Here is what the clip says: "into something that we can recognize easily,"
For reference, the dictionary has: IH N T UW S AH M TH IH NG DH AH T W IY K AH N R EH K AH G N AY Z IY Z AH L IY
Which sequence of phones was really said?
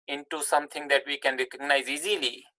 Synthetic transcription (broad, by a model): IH N T UW S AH M T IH NG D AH T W IY K AH N R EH K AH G N AY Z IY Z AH L IY